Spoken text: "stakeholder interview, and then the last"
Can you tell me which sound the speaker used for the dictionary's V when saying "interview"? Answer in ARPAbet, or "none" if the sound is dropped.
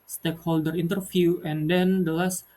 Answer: F